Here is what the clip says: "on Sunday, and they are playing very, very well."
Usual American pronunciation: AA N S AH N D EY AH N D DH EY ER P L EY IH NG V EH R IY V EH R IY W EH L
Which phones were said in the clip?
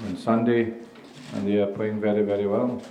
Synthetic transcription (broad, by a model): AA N S AH N D EY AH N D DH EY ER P AO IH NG V EH R IY V EH R IY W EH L